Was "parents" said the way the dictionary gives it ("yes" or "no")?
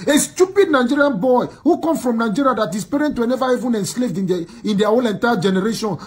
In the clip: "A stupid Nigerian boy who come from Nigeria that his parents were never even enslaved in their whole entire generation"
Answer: no